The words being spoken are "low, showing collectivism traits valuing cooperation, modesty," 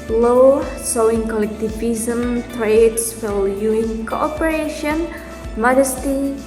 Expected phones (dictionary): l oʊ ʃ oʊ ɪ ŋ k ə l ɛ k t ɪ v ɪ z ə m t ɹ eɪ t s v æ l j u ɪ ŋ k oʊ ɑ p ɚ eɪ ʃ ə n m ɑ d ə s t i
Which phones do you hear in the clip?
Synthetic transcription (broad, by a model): l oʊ s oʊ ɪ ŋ k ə l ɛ k t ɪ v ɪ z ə m t ɹ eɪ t s f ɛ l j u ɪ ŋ k oʊ ɑ p ɚ eɪ ʃ ə n m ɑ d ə s t i